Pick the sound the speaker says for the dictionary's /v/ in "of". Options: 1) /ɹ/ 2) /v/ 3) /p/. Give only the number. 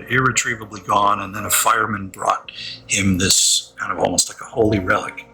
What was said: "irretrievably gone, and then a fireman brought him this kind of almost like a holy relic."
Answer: 2